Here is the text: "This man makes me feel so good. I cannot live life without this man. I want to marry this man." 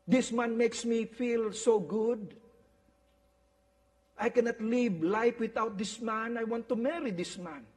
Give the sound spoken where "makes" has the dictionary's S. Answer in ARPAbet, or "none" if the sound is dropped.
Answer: S